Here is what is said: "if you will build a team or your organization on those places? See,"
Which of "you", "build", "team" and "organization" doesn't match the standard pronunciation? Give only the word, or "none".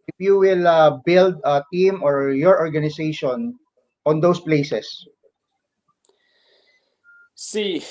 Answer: organization